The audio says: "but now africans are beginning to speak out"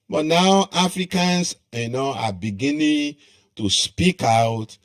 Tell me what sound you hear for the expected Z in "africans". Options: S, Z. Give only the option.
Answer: S